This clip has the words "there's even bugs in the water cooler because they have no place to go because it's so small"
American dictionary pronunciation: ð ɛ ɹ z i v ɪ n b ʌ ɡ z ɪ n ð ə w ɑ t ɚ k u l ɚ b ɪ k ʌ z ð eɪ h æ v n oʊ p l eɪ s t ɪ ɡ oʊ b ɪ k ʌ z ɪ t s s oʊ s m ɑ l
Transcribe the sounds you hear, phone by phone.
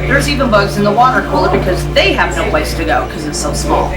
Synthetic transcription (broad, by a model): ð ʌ ɹ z i v ɪ n b ʌ ɡ z ɪ n ð ə w ɑ t ɚ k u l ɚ b ɪ k ʌ z ð eɪ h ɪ v n oʊ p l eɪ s t ɪ ɡ oʊ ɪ k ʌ z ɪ t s s oʊ s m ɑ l